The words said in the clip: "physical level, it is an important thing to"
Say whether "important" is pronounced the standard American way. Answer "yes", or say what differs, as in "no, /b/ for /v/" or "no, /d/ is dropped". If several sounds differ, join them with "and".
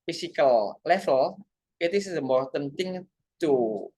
no, /p/ is dropped